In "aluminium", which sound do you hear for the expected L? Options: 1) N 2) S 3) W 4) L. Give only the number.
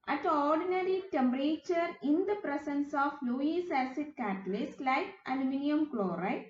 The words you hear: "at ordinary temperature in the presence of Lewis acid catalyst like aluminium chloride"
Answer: 1